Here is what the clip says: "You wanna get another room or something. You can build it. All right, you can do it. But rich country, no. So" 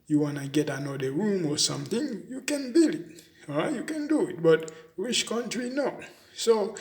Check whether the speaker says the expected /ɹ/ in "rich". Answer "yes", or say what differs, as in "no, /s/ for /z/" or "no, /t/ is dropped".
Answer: no, /w/ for /ɹ/